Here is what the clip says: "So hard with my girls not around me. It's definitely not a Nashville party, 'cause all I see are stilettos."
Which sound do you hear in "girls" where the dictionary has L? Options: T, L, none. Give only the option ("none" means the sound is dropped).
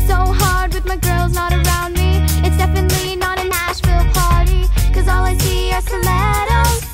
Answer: L